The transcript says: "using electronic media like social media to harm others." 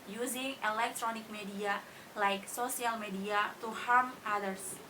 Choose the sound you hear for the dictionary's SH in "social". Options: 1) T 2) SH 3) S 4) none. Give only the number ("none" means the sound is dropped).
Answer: 3